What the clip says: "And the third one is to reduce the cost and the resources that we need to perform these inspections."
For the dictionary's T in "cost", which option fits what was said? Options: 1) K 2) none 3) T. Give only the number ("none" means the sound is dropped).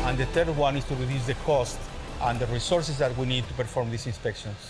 3